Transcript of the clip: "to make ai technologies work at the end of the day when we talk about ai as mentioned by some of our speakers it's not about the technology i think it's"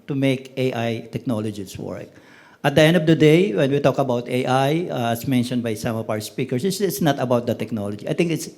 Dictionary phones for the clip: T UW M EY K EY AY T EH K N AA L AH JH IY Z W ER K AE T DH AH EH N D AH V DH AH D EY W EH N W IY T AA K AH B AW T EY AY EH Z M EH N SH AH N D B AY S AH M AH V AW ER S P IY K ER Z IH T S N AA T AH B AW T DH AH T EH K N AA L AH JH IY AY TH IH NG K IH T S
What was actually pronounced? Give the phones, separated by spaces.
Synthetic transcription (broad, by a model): T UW M EY K EY AY T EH K N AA L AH JH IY S W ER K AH T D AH EH N D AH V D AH D EY W EH N W IY T AA K AH B AW T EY AY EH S M EH N SH AH N D B AY S AH M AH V AW ER S P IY K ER S IH T S N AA T AH B AW T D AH T EH K N AA L AH JH IY AY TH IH NG K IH T S